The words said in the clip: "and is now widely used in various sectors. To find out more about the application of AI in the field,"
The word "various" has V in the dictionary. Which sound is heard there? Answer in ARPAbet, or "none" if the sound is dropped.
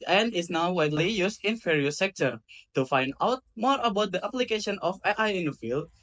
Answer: F